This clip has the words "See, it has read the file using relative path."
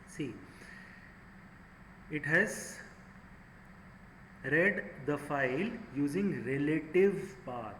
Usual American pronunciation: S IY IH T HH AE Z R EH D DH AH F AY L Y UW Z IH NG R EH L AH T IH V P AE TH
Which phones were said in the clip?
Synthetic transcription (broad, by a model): S IY IH T HH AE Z R EH D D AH F AY L Y UW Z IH NG R EH L AH T IH V P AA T